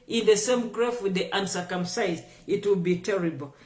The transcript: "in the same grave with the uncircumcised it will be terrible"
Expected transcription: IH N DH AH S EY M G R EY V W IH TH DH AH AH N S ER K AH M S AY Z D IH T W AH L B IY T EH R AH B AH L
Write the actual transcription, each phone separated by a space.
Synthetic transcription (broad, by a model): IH N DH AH S EY M G R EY F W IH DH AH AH N S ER K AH M S AY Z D IH T W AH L B IY T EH R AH B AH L